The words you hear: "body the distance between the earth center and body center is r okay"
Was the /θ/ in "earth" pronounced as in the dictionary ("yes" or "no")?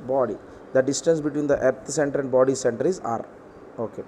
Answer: no